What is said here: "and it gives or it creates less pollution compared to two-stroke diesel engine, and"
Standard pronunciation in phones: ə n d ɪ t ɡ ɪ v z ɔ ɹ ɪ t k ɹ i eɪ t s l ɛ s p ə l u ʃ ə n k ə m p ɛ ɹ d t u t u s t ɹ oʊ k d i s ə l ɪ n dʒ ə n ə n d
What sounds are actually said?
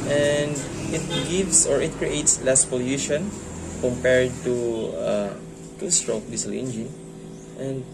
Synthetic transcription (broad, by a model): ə n d ɪ t ɡ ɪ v s ɔ ɹ ɪ t k ɹ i eɪ t s l ɛ s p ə l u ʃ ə n k ə m p ɛ ɹ d t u t u s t ɹ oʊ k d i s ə l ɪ n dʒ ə n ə n d